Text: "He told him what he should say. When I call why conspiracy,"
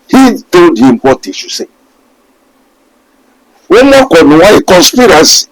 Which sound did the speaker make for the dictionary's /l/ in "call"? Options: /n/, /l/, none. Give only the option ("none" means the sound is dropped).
/n/